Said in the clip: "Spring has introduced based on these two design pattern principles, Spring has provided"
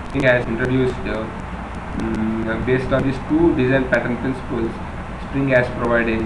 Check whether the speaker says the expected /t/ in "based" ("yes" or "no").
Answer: yes